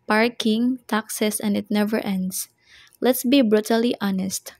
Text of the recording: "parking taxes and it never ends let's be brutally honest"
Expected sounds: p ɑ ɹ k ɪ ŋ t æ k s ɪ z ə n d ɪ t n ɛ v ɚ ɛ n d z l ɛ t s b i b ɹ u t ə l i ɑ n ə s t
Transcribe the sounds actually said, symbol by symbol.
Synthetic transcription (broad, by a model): p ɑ ɹ k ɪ ŋ t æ k s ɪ s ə n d ɪ t n ɛ v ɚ ɛ n d s l ɛ t s b i b ɹ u t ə l i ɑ n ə s t